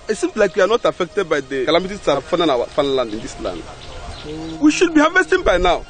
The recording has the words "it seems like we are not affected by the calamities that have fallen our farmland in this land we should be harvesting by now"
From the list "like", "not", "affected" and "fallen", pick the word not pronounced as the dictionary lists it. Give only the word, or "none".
fallen